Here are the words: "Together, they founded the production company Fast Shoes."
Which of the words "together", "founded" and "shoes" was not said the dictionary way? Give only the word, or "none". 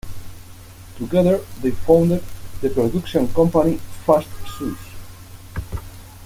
shoes